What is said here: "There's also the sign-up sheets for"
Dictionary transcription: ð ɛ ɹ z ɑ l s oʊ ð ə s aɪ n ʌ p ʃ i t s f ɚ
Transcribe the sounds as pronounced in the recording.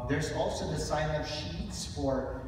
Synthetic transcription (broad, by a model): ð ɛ ɹ z ɑ l s oʊ ð ə s aɪ n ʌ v ʃ i t s f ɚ